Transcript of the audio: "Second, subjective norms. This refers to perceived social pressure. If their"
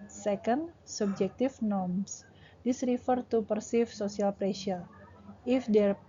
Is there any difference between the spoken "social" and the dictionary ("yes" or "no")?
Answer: yes